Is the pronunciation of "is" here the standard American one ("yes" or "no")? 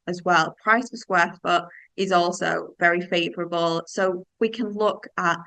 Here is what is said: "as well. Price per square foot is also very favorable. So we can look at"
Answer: yes